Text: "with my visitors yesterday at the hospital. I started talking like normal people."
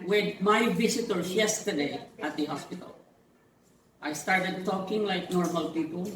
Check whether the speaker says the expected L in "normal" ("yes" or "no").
yes